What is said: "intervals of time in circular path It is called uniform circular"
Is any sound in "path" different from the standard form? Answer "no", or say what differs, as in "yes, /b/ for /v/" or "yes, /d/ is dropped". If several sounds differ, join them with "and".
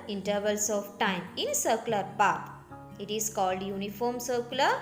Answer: yes, /t/ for /θ/